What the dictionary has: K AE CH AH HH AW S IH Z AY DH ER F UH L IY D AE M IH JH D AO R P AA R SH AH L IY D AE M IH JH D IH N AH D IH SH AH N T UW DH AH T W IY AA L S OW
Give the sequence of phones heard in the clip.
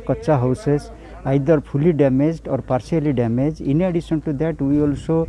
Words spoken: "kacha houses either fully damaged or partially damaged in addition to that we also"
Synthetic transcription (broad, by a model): K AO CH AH HH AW S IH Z AY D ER P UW L IY D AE M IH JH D AO R P AA R S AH L IY D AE M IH JH IH N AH D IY S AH N T UW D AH T W IY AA L S OW